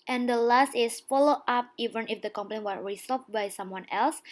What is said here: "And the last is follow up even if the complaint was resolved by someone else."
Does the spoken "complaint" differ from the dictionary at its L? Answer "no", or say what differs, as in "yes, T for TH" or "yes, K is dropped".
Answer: yes, L is dropped